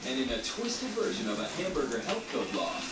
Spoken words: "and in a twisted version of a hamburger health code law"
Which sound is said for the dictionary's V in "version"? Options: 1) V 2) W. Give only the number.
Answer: 1